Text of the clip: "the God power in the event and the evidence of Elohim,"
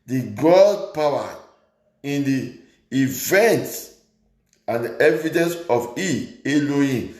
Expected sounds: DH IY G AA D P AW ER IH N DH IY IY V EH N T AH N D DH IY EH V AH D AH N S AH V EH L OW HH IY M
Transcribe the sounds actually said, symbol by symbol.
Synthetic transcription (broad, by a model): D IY G AA D P AW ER IH N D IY IY V EH N T AH N D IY EH V AH D AH N S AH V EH L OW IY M